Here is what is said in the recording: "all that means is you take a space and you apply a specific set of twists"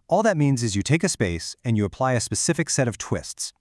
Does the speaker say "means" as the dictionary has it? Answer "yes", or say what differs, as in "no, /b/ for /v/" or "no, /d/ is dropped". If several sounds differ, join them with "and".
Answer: yes